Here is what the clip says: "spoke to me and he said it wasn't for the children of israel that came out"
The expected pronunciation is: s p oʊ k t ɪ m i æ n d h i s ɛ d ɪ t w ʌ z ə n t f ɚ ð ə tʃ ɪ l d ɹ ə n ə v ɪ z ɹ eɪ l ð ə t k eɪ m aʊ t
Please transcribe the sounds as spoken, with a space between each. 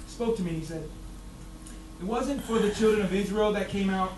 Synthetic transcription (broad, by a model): s p oʊ k t ɪ m i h i s ɛ d ɪ t w ʌ z ə n t f ɚ ð ə tʃ ɪ l d ɹ ə n ə v ɪ z ɹ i l ð ə t k eɪ m aʊ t